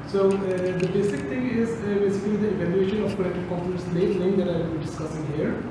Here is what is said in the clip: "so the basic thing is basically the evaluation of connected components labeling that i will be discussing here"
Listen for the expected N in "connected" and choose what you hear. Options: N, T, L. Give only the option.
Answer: L